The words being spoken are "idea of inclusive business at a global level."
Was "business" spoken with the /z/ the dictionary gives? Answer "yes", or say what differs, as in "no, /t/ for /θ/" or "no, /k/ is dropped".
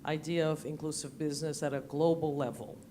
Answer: yes